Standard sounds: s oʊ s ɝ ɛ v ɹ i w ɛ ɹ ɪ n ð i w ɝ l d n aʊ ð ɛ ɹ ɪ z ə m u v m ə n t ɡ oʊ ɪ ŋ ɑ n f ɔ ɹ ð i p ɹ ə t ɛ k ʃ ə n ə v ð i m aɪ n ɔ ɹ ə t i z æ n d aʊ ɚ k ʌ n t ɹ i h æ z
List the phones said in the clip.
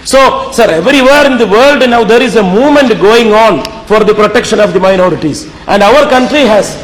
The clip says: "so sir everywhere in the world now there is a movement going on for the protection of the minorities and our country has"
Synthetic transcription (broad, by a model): s oʊ s ɝ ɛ v ɹ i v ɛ ɹ ɪ n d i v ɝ l d n aʊ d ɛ ɹ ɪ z ə m u v m ə n t ɡ oʊ ɪ ŋ ɑ n f ɔ ɹ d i p ɹ ə t ɛ k ʃ ə n ə v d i m aɪ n ɔ ɹ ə t i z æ n d aʊ ɚ k ʌ n t ɹ i h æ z